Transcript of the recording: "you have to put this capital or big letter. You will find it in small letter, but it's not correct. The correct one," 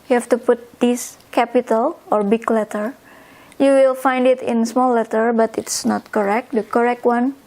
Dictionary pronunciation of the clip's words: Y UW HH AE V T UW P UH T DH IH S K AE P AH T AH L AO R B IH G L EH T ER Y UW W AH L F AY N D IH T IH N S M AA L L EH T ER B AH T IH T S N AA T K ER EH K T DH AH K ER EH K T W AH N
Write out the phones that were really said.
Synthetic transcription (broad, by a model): Y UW HH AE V T UW P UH T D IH S K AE P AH T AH L AO R B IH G L EH T ER Y UW W AH L F AY N D IH T IH N S M AA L L EH T ER B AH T IH T S N AA T K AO EH K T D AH K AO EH K T W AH N